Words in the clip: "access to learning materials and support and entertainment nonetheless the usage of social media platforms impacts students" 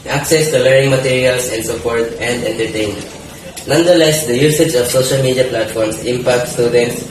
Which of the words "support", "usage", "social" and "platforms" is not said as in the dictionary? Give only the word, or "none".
platforms